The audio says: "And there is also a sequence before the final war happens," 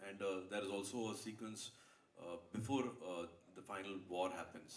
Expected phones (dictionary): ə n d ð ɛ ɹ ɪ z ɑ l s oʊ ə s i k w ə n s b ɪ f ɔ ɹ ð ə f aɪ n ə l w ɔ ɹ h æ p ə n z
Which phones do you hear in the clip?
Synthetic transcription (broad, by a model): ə n d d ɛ ɹ ɪ z ɑ l s oʊ ə s i k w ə n s b ɪ f ɔ ɹ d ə f aɪ n ə l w ɔ ɹ h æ p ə n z